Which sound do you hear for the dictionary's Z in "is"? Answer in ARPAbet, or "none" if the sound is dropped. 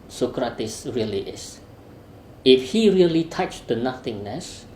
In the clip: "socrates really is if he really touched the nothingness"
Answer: S